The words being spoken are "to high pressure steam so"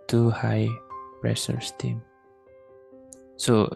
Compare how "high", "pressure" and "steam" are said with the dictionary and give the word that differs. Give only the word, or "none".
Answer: pressure